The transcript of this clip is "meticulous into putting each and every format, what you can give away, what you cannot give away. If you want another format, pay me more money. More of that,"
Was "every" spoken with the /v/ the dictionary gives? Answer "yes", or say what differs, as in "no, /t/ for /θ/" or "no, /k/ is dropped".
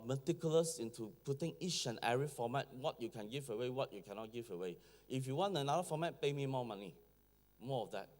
no, /v/ is dropped